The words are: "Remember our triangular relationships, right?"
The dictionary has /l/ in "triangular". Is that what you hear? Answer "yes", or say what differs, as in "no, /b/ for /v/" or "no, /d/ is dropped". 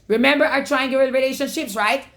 no, /l/ is dropped